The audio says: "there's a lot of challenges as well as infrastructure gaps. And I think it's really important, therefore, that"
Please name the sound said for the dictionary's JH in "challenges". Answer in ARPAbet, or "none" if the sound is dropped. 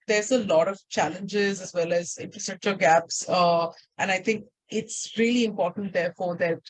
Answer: JH